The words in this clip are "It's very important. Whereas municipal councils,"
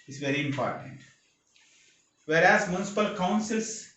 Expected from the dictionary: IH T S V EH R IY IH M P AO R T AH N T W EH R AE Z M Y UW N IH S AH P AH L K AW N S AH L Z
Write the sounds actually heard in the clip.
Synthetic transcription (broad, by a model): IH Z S V EH R IY IH M P AO R T AH N T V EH R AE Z M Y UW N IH S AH P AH L K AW N S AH L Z